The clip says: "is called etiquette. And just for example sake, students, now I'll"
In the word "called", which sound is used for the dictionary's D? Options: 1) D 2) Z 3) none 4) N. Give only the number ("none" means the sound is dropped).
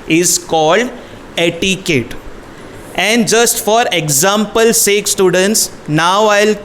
1